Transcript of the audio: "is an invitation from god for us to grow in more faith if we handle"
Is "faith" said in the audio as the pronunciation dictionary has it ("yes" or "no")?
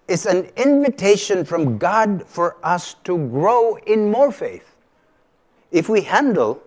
yes